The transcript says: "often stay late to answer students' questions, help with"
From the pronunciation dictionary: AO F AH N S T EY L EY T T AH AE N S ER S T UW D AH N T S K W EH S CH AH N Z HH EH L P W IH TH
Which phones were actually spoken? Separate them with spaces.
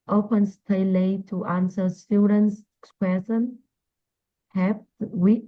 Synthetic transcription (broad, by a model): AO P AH N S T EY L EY T T AH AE N S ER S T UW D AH N S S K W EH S AH N HH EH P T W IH